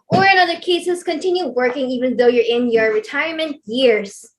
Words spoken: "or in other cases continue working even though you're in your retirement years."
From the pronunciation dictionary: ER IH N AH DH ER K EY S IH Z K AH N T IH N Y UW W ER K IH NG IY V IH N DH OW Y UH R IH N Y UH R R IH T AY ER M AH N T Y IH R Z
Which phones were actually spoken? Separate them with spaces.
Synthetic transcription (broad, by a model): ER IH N AH DH ER K EY S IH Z K AH N T IH N Y UW W ER K IH NG IY V IH N DH OW Y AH R IH N Y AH R R IH T AY ER M AH N T Y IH R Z